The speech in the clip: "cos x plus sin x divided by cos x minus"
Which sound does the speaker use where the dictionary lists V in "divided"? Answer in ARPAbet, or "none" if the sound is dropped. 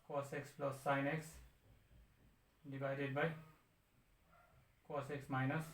B